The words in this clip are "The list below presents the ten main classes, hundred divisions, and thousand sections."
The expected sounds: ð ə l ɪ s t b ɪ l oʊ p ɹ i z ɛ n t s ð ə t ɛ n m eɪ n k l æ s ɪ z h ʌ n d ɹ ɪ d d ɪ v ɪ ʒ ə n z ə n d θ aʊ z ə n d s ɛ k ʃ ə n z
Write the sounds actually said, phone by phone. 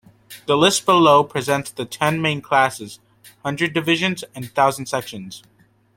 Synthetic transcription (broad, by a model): ð ə l ɪ s t b ɪ l oʊ p ɹ i z ɛ n t s ð ə t ɛ n m eɪ n k l æ s ɪ z h ʌ n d ɹ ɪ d d ɪ v ɪ ʒ ə n z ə n θ aʊ z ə n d s ɛ k ʃ ə n z